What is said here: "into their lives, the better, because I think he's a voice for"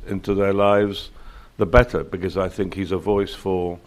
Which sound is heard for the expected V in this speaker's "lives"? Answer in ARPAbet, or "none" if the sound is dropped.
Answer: V